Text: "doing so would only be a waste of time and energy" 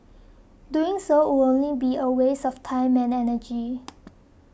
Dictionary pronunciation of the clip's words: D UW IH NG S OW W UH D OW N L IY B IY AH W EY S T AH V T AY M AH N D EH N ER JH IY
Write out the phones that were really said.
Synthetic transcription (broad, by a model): D UW IH NG S OW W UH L OW N L IY B IY AH W EY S AH F T AY M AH N EH N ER JH IY